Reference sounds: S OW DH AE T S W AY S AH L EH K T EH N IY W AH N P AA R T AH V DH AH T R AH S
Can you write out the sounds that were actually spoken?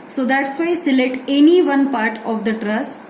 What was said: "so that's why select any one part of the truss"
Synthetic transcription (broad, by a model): S OW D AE T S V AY S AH L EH T EH N IY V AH N P AA R T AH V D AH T R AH S